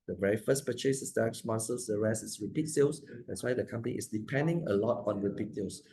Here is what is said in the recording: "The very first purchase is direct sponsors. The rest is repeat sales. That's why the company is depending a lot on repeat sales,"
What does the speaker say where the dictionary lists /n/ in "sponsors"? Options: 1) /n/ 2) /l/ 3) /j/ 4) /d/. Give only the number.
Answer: 2